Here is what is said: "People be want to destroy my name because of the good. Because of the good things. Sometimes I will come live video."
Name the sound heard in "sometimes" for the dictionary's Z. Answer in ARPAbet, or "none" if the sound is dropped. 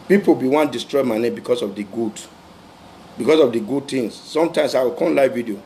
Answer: S